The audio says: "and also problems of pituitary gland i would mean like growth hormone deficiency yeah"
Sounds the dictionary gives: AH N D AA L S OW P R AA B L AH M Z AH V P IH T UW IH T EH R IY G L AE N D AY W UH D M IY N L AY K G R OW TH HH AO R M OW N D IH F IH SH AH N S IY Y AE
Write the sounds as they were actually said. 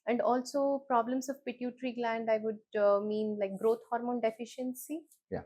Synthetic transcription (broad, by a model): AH N D AA L S OW P R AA B L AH M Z AH V P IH T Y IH T R IY G L AE N D AY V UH D M IY N L AY K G R OW T HH AO R M OW N D IH F IH SH AH N S IY Y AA